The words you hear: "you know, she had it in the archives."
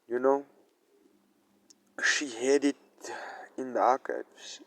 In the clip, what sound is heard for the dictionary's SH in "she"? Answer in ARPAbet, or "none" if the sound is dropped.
SH